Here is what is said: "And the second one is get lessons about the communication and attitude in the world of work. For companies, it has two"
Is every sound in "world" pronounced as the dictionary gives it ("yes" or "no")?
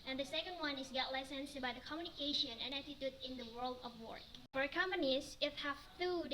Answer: yes